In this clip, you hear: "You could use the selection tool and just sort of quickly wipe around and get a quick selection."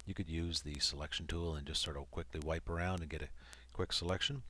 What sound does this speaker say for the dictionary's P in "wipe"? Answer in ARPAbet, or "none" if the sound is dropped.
P